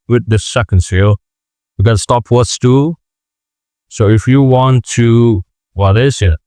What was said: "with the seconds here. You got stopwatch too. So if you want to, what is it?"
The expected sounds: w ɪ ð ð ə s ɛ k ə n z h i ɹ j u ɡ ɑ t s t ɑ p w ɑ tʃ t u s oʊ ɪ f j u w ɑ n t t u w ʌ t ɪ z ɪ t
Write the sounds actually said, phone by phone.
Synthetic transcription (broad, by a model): w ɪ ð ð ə s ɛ k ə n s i l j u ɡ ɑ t s t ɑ p w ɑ s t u s oʊ ɪ f j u w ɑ n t t u w ʌ t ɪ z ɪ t